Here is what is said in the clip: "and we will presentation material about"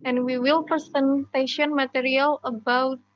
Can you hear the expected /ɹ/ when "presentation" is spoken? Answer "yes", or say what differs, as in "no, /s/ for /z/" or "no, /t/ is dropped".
no, /ɹ/ is dropped